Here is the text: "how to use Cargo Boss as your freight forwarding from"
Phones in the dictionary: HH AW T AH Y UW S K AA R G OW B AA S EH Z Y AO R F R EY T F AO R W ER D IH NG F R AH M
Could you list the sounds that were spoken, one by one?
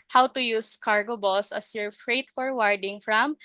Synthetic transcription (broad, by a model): HH AW T AH Y UW S K AA R G OW B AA S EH S Y AO R F R EY T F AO R W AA D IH NG F R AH M